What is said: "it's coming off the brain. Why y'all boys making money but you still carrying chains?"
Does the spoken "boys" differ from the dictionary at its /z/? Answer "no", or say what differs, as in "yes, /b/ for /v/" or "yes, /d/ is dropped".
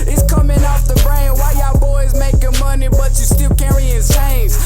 no